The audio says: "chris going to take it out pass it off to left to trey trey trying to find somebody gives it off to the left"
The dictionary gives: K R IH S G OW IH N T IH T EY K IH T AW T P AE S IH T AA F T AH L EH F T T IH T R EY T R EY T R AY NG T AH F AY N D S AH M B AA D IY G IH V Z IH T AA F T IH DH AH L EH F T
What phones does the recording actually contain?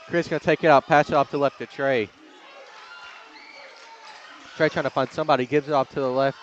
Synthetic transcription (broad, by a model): K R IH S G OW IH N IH T EY K IH T AW T P AE S IH T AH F T AH L EH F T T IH T R EY T R EY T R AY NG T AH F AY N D S AH M B AA D IY G IH V Z IH T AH P T IH DH AH L EH F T